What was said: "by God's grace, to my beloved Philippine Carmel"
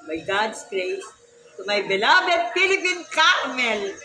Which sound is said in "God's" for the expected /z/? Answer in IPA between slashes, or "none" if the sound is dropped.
/s/